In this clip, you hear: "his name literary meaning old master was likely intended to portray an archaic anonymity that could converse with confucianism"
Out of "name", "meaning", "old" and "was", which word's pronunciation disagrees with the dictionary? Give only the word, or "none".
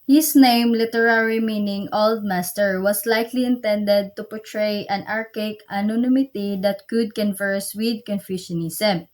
was